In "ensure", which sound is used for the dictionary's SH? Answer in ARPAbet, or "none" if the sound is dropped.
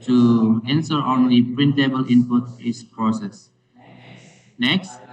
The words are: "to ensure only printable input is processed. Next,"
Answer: S